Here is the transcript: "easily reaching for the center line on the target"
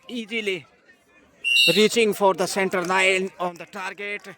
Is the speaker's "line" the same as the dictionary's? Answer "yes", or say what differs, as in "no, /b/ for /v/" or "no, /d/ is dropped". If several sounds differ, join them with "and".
no, /n/ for /l/